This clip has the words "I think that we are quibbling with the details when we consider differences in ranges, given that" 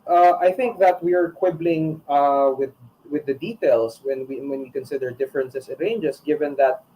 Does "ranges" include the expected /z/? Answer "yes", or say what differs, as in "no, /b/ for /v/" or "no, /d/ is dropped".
no, /s/ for /z/